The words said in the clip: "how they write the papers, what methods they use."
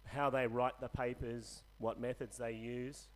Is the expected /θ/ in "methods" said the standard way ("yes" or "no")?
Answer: yes